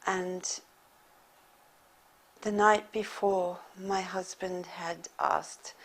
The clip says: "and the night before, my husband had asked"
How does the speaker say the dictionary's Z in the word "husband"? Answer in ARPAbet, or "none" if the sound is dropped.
Z